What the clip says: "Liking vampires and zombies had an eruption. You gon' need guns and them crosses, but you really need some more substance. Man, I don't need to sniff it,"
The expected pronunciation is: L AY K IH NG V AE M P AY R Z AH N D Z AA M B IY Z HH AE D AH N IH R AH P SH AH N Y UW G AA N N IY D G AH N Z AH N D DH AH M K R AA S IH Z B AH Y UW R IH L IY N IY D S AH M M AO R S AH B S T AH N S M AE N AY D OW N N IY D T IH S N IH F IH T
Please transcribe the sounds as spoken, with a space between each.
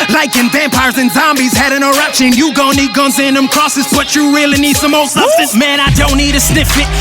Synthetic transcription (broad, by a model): L AY K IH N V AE M P AY R Z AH N Z AA M B IY Z HH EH D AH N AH R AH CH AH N Y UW G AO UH N IY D G AH N Z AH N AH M K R AA S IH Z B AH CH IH R IH L IY N IY D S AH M M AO L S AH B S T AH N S M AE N AY D OW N N IY D T IH S N IH F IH T